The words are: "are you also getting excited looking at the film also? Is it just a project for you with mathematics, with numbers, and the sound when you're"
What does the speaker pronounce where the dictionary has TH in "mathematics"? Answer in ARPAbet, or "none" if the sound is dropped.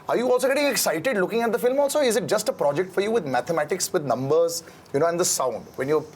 T